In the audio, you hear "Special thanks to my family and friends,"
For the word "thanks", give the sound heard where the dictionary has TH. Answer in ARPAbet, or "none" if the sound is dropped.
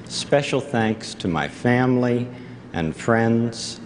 TH